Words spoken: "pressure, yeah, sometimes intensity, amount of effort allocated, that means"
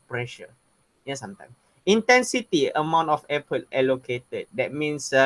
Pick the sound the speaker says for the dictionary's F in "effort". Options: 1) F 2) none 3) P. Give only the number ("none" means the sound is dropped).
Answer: 3